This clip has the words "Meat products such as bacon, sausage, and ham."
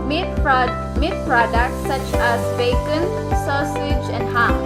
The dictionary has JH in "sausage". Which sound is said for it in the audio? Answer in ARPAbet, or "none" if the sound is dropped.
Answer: JH